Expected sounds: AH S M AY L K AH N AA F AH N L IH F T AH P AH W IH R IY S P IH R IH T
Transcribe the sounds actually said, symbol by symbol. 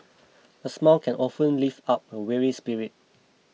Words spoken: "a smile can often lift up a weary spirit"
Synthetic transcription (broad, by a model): AH S M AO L K AH N AA F AH N L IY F AA P AH W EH R IY S P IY R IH T